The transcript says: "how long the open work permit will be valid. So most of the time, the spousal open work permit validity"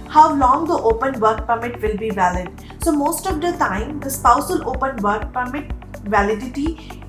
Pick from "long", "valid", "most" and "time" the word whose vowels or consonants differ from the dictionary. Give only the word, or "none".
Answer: none